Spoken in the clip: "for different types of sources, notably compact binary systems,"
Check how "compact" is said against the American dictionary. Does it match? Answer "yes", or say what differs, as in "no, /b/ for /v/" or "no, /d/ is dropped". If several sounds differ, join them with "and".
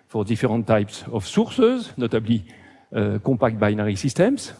no, /m/ is dropped